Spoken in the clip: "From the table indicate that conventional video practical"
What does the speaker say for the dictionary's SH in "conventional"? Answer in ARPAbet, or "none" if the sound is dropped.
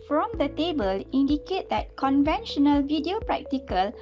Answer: SH